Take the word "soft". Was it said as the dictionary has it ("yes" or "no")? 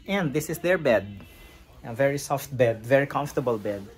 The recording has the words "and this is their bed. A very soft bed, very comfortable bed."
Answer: yes